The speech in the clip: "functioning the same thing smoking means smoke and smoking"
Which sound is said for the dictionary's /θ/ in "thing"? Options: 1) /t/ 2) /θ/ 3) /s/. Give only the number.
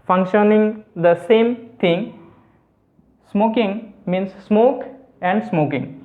1